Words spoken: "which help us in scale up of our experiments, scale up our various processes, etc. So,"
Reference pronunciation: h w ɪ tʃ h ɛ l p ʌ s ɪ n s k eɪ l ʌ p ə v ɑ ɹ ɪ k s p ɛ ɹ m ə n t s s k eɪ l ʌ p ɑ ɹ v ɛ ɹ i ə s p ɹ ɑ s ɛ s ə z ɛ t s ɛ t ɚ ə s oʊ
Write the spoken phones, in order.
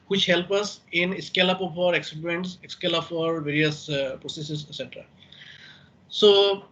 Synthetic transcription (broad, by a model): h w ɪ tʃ h ɛ l p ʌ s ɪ n s k eɪ l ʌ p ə p ɑ ɹ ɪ k s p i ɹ ə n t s s k eɪ l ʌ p ɑ ɹ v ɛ ɹ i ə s p ɹ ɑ s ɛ s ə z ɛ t s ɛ t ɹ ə s oʊ